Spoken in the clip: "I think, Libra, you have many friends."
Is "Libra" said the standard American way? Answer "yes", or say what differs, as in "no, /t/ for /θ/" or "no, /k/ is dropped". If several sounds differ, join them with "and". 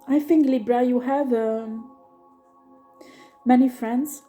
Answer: yes